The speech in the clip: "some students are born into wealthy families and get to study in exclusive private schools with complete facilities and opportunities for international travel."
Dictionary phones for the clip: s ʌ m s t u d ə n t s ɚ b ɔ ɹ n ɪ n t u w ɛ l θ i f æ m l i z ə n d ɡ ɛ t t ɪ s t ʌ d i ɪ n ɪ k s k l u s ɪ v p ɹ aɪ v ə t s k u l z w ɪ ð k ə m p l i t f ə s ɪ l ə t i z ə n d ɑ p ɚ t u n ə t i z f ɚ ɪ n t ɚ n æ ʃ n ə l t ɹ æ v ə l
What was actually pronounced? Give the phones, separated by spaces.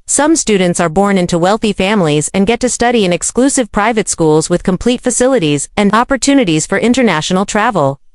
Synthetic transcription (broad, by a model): s ʌ m s t u d n t s ɚ b ɔ ɹ n ɪ n t u w ɛ l θ i f æ m l i z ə n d ɡ ɛ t t ɪ s t ʌ d i ɪ n ɪ k s k l u s ɪ v p ɹ aɪ v ə t s k u l z w ɪ ð k ə m p l i t f ə s ɪ l ə t i z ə n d ɑ p ɚ t u n ə t i z f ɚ ɪ n t ɚ n æ ʃ n l t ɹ æ v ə l